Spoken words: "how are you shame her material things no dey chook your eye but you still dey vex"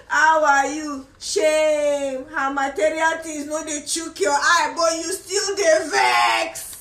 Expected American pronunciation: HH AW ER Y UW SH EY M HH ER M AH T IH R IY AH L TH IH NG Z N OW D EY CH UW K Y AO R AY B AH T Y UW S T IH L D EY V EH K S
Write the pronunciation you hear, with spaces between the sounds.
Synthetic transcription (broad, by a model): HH AW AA Y UW SH EY M HH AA M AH T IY R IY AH L T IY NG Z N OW D EY CH UW K Y AO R AY B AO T Y UW S T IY L D EY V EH K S